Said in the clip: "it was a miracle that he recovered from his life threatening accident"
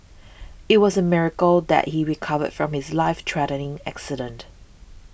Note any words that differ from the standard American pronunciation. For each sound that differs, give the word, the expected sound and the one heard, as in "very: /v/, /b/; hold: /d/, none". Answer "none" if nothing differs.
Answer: threatening: /θ/, /t/